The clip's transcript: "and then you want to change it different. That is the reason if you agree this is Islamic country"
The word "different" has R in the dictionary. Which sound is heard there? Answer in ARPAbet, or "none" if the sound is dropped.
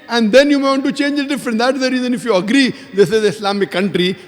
none